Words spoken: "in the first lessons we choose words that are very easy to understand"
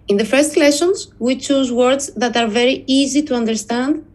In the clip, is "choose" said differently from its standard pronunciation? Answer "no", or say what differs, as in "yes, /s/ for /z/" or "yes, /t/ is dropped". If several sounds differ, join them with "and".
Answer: no